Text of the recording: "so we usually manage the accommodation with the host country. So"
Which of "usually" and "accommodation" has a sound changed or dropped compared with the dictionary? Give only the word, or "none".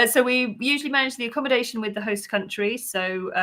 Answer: none